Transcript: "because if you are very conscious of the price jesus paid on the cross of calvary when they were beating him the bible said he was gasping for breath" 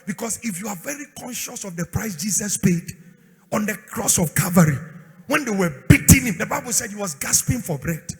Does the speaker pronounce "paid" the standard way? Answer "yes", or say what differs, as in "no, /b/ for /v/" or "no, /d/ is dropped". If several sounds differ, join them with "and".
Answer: yes